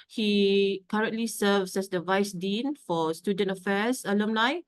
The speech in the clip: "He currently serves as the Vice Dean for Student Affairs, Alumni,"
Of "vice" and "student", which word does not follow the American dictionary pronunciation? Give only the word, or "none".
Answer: none